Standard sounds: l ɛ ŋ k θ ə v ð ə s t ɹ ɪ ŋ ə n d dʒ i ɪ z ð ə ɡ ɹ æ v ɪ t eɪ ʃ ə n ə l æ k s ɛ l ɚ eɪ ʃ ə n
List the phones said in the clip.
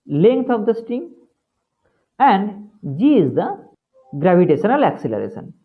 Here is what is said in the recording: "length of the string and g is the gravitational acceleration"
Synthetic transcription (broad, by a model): l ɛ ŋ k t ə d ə s t ɪ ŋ ə n d dʒ i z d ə ɡ ɹ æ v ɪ t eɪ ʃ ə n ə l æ k s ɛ l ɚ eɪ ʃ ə n